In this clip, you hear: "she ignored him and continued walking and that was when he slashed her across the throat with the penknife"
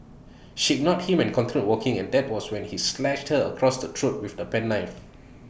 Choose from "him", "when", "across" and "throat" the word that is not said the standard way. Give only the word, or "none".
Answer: throat